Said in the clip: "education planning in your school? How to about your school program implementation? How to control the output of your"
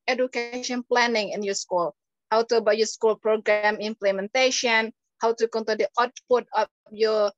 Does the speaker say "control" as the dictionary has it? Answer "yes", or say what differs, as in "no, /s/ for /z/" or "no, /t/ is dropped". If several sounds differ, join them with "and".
no, /ɹ/ is dropped